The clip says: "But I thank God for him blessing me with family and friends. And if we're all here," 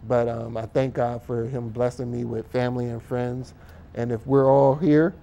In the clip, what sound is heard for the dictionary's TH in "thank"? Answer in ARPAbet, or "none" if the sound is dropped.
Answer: TH